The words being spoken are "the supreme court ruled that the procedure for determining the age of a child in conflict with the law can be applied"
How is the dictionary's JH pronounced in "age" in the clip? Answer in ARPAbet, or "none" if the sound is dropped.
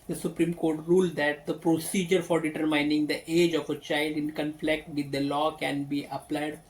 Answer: JH